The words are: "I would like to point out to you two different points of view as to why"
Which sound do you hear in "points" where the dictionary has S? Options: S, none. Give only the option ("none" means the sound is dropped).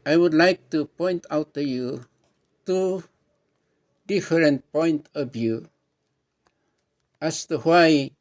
none